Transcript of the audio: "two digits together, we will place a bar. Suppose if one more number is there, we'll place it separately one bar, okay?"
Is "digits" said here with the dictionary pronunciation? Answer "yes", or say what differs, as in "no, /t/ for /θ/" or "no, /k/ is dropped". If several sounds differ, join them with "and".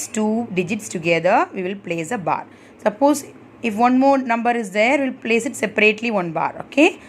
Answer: yes